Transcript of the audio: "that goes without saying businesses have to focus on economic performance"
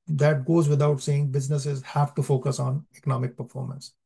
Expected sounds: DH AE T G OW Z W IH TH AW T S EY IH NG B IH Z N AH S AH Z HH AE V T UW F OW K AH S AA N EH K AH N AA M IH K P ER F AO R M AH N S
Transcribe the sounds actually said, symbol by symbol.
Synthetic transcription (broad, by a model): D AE T G OW Z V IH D AW T S EY IH NG B IH Z N AH S AH Z HH AE V T UW F OW K AH S AA N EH K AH N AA M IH K P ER F AO R M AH N S